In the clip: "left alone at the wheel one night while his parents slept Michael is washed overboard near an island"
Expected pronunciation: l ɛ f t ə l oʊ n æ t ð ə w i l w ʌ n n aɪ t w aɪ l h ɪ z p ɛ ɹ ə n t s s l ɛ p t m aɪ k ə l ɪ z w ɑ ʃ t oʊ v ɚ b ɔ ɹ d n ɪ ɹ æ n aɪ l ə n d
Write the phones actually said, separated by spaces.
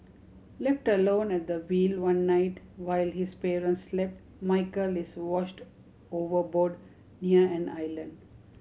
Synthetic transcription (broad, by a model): l ɛ f t ə l oʊ n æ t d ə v i l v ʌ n n aɪ t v aɪ l h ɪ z p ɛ ɹ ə n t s s l ɛ p t m aɪ k ə l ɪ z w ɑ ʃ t oʊ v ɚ b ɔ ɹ d n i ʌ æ n aɪ l ə n d